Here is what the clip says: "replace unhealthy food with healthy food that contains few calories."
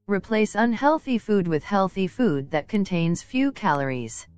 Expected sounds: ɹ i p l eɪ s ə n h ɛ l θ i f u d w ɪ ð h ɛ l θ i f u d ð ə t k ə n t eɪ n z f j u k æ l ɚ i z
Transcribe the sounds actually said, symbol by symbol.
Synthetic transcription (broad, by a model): ɹ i p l eɪ s ə n h ɛ l θ i f u d w ɪ ð h ɛ l θ i f u d ð ə t k ə n t eɪ n z f j u k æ l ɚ i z